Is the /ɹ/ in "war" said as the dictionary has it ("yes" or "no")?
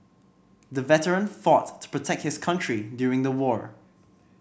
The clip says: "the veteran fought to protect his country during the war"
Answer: yes